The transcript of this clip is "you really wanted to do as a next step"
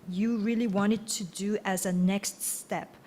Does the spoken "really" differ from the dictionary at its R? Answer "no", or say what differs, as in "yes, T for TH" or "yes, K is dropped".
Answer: no